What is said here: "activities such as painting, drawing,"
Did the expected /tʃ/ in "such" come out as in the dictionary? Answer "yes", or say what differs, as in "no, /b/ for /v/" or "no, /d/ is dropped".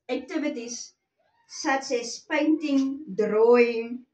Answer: no, /s/ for /tʃ/